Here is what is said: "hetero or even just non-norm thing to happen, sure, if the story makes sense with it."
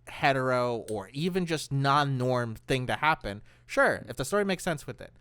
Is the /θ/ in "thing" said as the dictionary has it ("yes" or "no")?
yes